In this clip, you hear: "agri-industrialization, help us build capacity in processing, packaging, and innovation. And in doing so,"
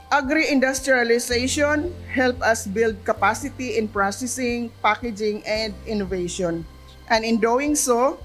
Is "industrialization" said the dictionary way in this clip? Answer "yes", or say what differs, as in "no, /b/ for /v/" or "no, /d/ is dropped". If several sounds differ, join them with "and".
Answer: no, /s/ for /z/